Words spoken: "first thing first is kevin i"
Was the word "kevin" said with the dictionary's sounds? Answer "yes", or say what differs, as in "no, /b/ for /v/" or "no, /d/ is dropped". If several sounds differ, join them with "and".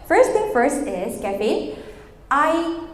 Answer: no, /n/ is dropped